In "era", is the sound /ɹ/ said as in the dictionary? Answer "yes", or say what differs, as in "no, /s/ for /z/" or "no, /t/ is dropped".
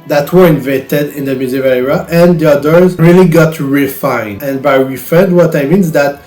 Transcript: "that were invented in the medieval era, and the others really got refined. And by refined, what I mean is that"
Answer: no, /ɹ/ is dropped